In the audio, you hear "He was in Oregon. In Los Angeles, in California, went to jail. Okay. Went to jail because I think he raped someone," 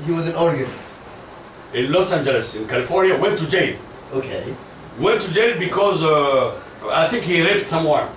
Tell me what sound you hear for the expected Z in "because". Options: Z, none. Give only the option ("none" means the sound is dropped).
Z